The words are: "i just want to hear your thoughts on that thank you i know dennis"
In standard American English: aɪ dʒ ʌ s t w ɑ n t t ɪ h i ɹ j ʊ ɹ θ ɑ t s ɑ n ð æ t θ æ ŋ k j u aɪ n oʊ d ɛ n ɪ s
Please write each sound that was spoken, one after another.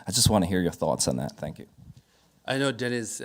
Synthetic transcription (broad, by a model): aɪ dʒ ʌ s t w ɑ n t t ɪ h i ɹ j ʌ ɹ θ ɑ t s n ð æ t θ æ ŋ k j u aɪ n oʊ d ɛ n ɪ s